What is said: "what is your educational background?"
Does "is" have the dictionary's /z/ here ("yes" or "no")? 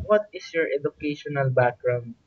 no